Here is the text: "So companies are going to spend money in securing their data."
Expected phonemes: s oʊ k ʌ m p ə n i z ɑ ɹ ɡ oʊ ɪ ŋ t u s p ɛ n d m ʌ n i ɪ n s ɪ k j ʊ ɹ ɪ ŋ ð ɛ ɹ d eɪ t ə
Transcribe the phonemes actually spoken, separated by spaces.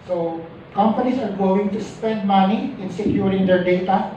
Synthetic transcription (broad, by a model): s oʊ k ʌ m p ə n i s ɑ ɹ ɡ oʊ ɪ ŋ t u s p ɛ n d m ʌ n i ɪ n s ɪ k j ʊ ɹ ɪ ŋ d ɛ ɹ d eɪ t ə